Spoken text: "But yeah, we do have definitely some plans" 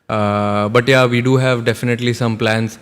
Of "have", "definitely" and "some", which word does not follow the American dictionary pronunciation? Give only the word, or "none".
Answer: none